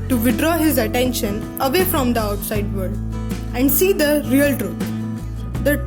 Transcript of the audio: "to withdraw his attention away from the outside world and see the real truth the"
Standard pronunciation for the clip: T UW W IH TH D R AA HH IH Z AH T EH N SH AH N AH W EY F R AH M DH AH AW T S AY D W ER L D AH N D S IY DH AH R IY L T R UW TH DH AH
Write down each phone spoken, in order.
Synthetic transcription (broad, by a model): T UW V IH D R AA HH IH Z AH T EH N SH AH N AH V EY F R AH M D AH AW T S AY D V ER D AH N D S IY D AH R IY L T R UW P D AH